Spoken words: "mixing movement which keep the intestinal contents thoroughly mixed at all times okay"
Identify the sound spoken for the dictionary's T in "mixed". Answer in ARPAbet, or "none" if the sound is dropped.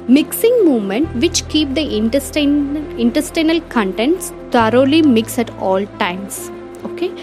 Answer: none